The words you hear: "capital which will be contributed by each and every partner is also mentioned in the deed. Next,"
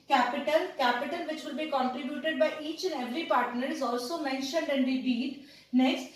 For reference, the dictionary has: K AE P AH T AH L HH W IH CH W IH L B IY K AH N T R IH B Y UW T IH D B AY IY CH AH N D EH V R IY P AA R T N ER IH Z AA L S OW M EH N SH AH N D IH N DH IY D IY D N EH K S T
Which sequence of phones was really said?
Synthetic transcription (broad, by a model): K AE P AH T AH L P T IH CH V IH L B IY K AH N T R IH B Y UW T IH D B AY IY CH AH N D EH V R IY P AA R T N ER IH Z AA L S OW M EH N SH AH N D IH N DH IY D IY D N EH K S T